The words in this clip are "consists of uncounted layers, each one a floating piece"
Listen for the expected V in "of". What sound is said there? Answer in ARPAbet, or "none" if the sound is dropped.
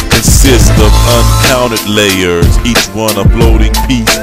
V